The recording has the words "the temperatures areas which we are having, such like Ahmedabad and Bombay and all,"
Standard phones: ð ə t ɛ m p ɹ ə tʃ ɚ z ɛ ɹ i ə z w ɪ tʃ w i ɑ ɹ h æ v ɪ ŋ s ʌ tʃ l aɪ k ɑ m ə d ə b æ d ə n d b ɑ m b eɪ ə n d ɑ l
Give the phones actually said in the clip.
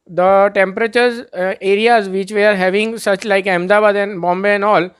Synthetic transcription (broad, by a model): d ə t ɛ m p ɹ ə tʃ ɚ z ɛ ɹ i ə z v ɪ tʃ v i ɑ ɹ h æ v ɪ ŋ s ʌ tʃ l aɪ k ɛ m d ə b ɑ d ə n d b ɑ m b eɪ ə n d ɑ l